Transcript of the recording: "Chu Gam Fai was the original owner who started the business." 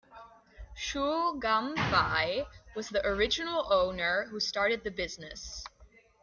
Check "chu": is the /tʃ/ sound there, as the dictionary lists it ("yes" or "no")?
no